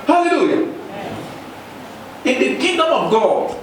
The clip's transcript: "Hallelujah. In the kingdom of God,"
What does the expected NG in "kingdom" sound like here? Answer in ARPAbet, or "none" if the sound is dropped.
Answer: none